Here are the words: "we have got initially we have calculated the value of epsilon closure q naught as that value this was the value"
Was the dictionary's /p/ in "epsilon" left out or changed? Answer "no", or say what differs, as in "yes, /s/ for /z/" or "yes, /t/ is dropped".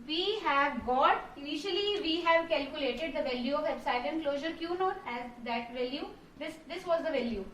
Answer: yes, /b/ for /p/